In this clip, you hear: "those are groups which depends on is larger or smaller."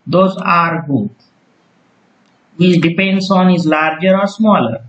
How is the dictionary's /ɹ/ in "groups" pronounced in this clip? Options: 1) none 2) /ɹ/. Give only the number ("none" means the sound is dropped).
1